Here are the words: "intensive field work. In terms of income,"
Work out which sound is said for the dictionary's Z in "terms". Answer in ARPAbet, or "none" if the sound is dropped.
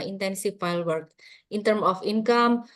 none